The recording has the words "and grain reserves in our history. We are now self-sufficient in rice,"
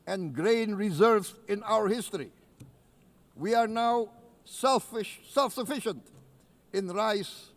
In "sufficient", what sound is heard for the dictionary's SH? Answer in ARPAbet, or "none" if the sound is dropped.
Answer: SH